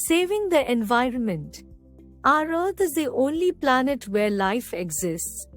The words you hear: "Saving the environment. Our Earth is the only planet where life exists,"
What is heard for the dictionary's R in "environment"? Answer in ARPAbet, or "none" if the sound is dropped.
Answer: R